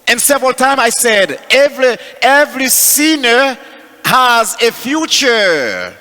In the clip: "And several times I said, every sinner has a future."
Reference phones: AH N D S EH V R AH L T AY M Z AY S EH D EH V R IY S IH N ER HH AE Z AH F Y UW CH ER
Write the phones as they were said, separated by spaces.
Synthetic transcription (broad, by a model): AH N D S EH V R AH L T AY M AY S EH D EH V R IY S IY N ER HH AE Z AH F Y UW CH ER